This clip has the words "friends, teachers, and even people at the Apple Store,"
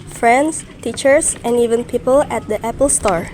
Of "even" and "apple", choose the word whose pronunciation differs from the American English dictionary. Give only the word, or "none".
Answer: none